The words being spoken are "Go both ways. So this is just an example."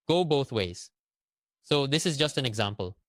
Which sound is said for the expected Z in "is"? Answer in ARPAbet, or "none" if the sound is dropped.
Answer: Z